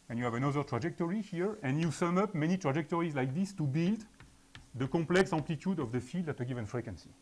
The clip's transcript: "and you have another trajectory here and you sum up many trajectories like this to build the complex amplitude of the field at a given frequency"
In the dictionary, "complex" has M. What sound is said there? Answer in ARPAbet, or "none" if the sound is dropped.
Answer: none